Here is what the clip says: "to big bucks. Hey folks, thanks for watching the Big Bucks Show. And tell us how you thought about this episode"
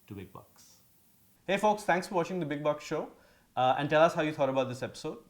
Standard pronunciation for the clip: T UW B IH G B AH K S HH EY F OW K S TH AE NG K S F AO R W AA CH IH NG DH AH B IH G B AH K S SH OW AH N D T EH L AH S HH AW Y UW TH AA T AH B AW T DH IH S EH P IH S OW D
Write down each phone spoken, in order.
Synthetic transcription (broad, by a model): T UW B IH G B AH K S HH EY F OW K S T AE NG K S F AO R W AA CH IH NG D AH B IH G B AH K S SH OW AH N D T EH L AH S HH AW Y UW T AA T AH B AW T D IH S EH P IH S OW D